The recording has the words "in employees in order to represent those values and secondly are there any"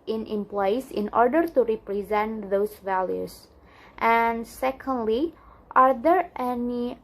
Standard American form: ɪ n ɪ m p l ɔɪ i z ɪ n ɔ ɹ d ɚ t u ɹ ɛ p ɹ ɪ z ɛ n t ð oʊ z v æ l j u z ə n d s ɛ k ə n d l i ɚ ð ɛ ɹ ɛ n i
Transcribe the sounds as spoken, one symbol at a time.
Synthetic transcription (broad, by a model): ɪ n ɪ m p l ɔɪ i s ɪ n ɔ ɹ d ɚ t u ɹ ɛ p ɹ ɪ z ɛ n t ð oʊ s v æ l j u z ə n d s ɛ k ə n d l i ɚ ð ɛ ɹ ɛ n i